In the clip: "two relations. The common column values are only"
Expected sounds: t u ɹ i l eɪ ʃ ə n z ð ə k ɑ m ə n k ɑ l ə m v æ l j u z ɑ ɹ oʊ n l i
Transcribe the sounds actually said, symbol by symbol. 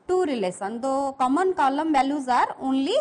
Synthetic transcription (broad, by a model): t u ɹ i l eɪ s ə n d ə k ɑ m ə n k ɑ l ə m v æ l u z ɑ ɹ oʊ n l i